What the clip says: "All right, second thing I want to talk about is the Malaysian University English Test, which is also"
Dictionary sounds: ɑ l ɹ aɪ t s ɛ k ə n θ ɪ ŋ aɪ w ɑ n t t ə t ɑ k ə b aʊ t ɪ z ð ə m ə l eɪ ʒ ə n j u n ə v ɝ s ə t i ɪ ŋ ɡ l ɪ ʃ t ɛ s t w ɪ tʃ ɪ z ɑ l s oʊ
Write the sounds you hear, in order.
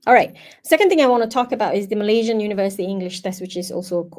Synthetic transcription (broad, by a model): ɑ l ɹ aɪ t s ɛ k ə n θ ɪ ŋ aɪ w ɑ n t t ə t ɑ k ə b aʊ t ɪ z ð ə m ə l eɪ ʒ ə n j u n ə v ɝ s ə t i ɪ ŋ ɡ l ɪ ʃ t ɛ s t w ɪ tʃ ɪ z ɑ l s oʊ